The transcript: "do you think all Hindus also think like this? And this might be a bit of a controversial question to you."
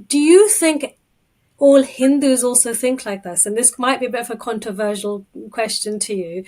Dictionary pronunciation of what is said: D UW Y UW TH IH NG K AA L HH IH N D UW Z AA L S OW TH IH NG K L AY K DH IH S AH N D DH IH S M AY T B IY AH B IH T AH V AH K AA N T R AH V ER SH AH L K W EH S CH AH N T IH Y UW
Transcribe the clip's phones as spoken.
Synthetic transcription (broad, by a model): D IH Y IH TH IH NG K AA L HH IH N D UW Z AA L S OW TH IH NG K L AY K DH IH S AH N DH IH S M AY T B IY AH B IH T AH V AH K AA N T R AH V ER SH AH L K W EH S CH AH N T IH Y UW